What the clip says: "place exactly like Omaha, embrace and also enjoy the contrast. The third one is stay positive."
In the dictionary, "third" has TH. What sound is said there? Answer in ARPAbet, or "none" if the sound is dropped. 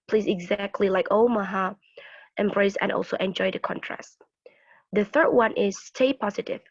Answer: TH